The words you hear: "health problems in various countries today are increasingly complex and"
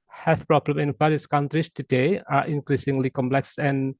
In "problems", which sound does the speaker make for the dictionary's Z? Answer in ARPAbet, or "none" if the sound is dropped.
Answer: none